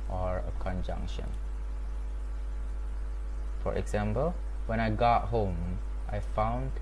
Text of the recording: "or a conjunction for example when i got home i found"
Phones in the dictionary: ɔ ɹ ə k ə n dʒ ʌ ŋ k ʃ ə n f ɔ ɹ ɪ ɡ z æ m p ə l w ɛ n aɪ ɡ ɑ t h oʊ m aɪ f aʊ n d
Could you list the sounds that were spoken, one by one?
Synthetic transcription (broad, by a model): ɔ ɹ ə k ə n dʒ ʌ ŋ k ʃ ə n f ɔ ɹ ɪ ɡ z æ m p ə l w ɛ n aɪ ɡ ɑ t h oʊ m aɪ f aʊ n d